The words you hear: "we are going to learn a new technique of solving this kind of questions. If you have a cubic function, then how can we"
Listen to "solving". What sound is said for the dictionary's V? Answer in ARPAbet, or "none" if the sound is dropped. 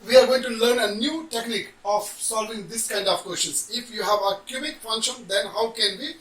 V